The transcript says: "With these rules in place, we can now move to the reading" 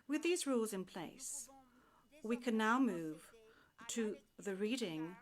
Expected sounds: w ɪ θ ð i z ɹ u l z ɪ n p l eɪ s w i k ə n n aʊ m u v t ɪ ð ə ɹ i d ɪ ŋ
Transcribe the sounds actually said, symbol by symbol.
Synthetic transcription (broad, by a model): w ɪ ð i z ɹ u l z ɪ n p l eɪ s w i k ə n n aʊ m u v t ɪ ð ə ɹ i d ɪ ŋ